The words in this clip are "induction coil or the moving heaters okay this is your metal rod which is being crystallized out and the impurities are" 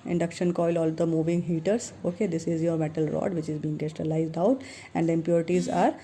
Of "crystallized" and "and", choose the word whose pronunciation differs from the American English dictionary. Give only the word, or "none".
crystallized